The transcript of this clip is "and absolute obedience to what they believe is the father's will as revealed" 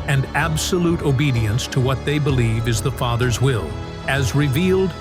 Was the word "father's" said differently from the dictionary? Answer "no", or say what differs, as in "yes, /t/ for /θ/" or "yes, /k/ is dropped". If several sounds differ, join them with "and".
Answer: no